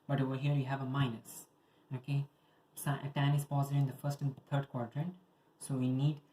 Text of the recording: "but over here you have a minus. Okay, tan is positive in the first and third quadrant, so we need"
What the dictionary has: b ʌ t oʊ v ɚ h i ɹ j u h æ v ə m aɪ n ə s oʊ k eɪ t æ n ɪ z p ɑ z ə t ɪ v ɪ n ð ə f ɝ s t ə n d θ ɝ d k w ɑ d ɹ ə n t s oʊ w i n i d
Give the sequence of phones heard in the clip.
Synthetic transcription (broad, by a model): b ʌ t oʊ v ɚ h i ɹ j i h æ v ə m aɪ n ə s oʊ k eɪ t æ n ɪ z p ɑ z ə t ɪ ɪ n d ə f ɝ s t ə n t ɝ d k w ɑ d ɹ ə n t s oʊ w i n i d